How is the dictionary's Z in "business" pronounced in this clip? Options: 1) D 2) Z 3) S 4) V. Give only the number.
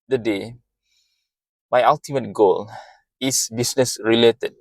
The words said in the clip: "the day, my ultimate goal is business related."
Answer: 3